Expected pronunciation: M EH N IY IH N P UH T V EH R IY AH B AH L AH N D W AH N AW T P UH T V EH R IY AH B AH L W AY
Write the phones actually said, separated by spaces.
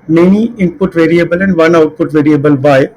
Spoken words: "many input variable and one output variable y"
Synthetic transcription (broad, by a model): M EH N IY IH N P UH T V EH R IY AH B AH L AH N D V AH N AW T P UH T V EH R IY AH B AH L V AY